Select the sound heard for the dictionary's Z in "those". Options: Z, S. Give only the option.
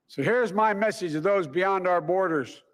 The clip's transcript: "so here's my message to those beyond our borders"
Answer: Z